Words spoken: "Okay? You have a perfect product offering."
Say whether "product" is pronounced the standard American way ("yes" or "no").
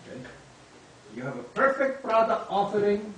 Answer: no